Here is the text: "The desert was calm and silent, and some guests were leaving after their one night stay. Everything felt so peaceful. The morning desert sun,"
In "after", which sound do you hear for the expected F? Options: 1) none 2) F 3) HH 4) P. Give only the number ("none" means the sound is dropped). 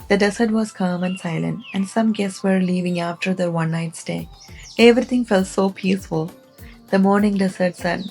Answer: 2